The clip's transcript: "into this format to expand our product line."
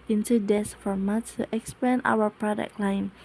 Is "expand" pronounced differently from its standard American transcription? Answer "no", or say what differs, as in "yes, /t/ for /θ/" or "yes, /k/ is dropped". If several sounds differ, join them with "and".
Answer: yes, /d/ is dropped